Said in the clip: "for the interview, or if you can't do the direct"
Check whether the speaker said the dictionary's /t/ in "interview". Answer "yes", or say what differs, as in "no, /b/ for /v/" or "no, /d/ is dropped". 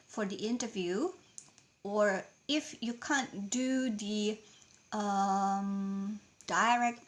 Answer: yes